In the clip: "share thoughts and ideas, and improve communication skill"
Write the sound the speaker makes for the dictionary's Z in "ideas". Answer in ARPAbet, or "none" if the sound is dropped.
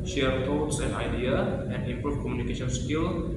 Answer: none